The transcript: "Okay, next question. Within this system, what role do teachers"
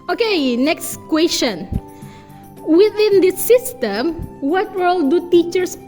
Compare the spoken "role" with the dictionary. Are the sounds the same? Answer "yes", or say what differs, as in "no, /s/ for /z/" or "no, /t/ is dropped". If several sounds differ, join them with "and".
no, /w/ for /ɹ/